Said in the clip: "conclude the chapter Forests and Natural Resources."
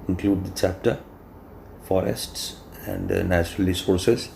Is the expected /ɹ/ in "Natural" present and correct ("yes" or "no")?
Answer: yes